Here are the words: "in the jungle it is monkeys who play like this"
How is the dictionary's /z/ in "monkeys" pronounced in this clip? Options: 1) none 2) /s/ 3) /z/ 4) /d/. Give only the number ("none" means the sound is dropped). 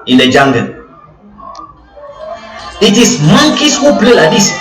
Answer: 2